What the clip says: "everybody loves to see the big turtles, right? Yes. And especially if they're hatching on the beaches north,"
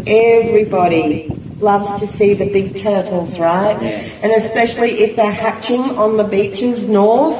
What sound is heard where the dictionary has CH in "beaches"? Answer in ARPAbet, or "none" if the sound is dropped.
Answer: CH